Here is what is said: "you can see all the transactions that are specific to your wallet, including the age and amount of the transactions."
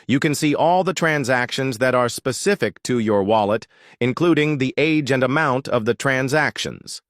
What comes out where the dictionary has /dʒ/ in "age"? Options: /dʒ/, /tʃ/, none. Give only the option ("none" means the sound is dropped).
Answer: /dʒ/